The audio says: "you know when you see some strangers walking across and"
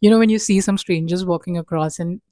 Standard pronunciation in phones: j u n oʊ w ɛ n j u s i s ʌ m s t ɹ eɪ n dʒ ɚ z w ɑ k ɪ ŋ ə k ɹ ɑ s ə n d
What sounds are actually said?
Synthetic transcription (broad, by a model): j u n oʊ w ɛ n j u s i s ʌ m s t ɹ eɪ n dʒ ɚ z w ɑ k ɪ ŋ ə k ɹ ɑ s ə n